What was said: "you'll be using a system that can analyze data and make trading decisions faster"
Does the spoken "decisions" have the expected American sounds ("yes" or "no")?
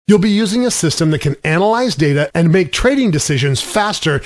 yes